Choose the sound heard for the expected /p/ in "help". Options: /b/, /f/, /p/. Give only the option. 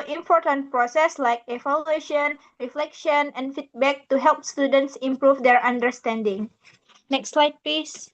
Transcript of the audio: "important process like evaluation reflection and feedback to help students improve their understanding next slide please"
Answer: /p/